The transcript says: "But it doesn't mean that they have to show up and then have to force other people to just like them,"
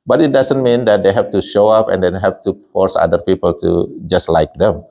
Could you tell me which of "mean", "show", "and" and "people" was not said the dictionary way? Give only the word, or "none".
none